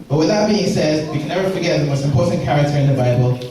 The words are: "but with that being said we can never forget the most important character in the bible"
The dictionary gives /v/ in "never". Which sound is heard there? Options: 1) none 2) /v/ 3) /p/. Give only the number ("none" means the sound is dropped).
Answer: 2